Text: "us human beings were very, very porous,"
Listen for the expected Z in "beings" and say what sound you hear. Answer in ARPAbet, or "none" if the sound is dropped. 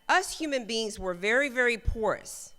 Z